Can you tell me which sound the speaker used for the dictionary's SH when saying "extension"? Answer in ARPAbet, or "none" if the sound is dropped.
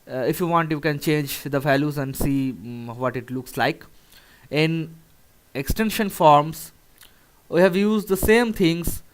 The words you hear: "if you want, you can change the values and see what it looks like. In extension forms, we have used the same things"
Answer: SH